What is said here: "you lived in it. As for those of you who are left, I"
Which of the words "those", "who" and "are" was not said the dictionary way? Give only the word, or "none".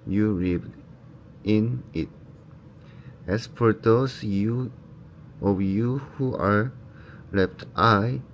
those